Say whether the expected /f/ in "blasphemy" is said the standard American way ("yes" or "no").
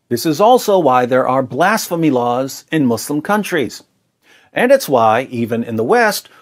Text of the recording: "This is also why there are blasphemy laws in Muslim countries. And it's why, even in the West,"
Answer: yes